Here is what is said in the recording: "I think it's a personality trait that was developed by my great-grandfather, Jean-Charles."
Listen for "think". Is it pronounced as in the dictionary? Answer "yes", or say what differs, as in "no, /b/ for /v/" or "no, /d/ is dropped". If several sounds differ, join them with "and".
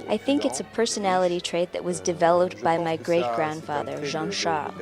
yes